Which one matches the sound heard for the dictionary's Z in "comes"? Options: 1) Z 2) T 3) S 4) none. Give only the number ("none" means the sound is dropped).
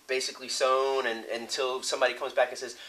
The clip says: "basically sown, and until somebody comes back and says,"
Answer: 1